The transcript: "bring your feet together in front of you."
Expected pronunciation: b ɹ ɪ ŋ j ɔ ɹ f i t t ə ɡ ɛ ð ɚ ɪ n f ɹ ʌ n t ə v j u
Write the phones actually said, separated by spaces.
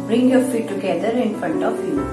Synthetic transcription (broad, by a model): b ɹ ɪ ŋ j ɔ ɹ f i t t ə ɡ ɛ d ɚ ɪ n f ɹ ʌ n t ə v j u